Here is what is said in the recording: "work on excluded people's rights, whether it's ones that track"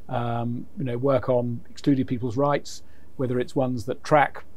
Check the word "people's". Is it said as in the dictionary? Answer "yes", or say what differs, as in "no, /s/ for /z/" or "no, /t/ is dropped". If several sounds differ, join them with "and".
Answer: yes